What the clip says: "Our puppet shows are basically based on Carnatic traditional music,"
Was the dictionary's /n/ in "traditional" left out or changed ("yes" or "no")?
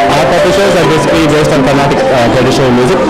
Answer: yes